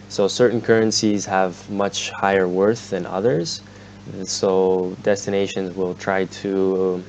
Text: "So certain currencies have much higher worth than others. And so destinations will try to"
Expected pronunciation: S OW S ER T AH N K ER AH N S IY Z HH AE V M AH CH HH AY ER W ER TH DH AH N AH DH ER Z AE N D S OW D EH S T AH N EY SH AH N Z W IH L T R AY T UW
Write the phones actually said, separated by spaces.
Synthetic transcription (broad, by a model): S OW S ER T N K ER AH N S IY Z HH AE V M AH CH HH AY ER W ER TH DH AH N AH DH ER Z S OW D EH S T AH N EY SH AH N Z W IH L T R AY T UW